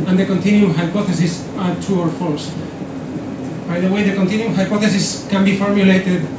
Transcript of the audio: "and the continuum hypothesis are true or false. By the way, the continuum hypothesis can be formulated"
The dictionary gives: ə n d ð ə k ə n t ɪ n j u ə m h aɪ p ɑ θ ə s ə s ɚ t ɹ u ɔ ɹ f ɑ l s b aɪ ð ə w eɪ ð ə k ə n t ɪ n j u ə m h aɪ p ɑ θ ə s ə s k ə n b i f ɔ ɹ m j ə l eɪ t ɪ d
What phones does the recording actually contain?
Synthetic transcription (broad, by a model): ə n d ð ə k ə n t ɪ n j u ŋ h aɪ p ɑ θ ə s ə s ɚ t u ɔ ɹ f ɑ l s b aɪ ð ə w eɪ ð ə k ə n t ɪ n j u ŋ h aɪ p ɑ θ ə s ə s k ə n b i f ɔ ɹ m j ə l eɪ t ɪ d